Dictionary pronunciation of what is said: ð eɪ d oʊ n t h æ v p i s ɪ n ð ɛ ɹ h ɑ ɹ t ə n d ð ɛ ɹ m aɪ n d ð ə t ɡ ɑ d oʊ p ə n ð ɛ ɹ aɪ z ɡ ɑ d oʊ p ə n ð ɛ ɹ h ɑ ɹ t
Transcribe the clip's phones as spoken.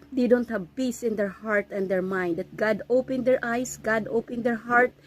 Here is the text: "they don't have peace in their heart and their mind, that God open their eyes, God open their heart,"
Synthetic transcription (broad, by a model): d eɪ d oʊ n t h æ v p i s ɪ n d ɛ ɹ h ɑ ɹ t ə n d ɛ ɹ m aɪ n d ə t ɡ ɑ d oʊ p ə n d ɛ ɹ aɪ s ɡ ɑ d oʊ p ə n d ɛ ɹ h ɑ ɹ t